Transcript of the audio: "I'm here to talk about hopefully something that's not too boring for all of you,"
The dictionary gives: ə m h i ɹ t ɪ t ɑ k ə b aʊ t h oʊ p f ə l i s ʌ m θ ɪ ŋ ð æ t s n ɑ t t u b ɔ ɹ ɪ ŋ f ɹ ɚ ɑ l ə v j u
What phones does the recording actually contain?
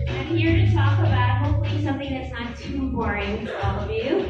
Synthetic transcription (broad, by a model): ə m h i ɹ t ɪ t ɑ k ə b aʊ t h oʊ p f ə l i s ʌ m θ ɪ ŋ ð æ t s n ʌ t t u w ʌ ɹ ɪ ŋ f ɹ ɑ l ə v j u